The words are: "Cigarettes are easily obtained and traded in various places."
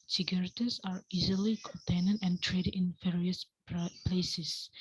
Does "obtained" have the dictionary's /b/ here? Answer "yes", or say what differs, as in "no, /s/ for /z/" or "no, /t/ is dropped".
no, /b/ is dropped